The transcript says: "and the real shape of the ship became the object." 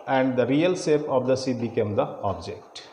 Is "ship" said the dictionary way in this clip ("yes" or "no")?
no